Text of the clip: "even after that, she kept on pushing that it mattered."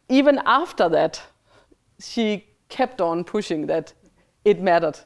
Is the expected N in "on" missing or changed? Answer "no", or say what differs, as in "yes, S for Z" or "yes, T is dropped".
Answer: no